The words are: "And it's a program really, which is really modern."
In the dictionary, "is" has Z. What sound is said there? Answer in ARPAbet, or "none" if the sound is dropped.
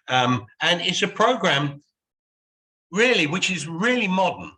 Z